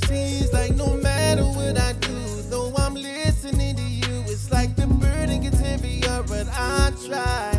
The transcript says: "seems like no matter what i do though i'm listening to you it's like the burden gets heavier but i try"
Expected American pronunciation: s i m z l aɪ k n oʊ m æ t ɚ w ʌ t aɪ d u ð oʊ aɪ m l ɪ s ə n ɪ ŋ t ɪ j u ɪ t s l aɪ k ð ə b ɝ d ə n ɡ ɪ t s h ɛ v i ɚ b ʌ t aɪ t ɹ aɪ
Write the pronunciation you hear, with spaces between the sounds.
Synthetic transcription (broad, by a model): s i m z l aɪ k n oʊ m æ t ɚ w ʌ t aɪ d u ð oʊ aɪ m l ɪ s ə n ɪ ŋ t ɪ j u ɪ t s l aɪ k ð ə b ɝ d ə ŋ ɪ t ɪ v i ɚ b ʌ t aɪ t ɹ aɪ